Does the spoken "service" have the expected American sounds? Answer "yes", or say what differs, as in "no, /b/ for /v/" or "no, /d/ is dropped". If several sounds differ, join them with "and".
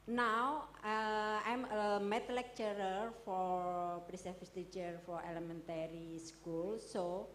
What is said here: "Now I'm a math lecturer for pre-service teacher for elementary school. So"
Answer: no, /f/ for /v/